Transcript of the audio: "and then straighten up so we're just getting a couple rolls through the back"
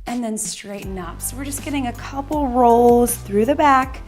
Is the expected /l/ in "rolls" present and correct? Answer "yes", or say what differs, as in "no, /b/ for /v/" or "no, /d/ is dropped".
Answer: yes